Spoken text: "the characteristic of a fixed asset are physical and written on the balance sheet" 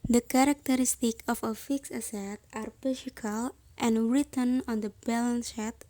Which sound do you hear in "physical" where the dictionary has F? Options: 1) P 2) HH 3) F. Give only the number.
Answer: 1